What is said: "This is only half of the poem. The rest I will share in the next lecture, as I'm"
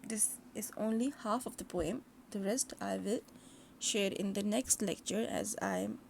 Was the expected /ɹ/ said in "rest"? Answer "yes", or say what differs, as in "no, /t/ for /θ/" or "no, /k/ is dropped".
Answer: yes